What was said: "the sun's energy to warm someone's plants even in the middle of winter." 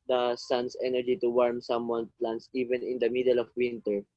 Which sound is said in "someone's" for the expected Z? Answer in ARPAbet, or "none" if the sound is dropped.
none